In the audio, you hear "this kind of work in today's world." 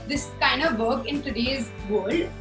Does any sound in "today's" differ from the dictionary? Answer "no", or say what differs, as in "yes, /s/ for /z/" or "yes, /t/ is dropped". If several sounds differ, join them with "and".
no